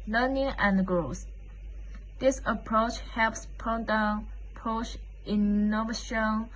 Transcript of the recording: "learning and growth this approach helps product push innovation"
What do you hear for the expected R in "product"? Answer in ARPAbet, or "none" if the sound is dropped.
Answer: none